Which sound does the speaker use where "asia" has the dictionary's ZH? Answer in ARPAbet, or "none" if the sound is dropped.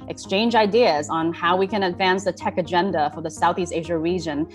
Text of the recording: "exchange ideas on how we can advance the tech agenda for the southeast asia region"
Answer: ZH